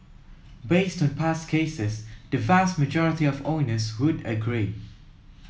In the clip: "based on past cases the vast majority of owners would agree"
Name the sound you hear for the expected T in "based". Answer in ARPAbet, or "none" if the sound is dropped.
T